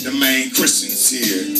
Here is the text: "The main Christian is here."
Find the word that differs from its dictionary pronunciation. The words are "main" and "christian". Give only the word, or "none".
christian